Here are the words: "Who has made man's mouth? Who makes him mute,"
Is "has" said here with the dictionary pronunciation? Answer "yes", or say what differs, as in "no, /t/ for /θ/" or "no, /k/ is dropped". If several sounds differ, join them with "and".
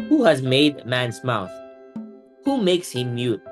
yes